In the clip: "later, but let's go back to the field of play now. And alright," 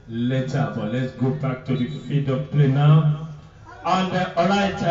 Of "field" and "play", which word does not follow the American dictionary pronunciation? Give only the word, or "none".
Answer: field